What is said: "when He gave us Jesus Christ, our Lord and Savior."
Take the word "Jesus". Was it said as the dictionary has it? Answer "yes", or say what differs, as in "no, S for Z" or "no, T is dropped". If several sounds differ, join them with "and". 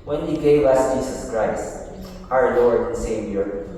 no, S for Z